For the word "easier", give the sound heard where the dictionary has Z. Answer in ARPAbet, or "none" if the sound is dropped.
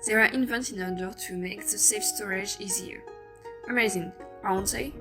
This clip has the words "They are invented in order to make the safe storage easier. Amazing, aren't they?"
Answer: Z